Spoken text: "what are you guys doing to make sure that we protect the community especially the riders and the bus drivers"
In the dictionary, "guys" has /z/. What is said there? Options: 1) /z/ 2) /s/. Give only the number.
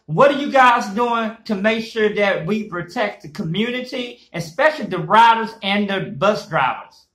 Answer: 1